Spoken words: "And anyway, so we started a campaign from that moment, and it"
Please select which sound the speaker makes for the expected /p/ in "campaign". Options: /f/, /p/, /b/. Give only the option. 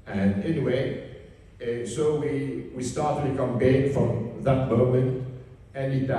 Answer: /b/